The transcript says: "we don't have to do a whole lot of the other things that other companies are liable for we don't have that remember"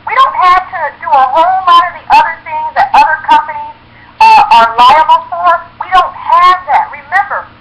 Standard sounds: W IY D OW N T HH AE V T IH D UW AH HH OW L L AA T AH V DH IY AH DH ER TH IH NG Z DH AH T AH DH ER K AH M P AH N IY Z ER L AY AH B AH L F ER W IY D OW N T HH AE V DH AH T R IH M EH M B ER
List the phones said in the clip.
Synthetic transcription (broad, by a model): W IY D OW N T HH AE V T IH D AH AH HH OW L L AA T AH V DH IY AH DH ER TH IH NG Z DH AH T AH DH ER K AH M P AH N IY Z ER L AY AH B L F ER W IY D OW N T HH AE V DH AH T R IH M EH M B ER